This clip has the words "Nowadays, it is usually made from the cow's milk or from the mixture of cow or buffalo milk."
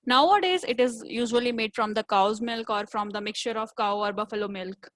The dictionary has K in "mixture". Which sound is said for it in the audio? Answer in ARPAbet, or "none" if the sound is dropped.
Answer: K